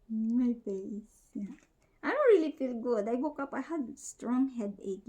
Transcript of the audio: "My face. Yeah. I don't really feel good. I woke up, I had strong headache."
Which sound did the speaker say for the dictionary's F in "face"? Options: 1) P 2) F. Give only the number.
1